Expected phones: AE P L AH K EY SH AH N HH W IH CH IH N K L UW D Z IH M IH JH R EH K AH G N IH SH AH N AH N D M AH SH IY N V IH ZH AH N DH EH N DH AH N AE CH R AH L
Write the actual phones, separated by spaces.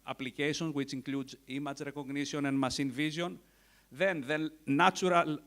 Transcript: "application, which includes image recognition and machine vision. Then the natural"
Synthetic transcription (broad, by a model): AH P L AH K EY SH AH N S W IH CH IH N K L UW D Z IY M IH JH R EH K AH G N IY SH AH N AH N D M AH S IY N V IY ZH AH N DH EH N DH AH N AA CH R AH L